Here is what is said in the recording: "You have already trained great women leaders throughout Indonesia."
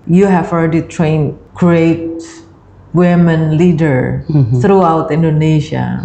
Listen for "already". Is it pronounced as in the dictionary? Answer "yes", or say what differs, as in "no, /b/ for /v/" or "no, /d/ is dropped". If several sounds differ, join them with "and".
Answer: no, /l/ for /ɹ/